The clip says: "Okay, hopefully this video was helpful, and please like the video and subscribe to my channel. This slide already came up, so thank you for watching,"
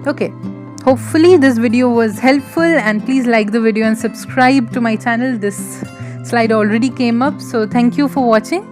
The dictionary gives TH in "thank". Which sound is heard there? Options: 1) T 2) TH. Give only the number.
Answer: 1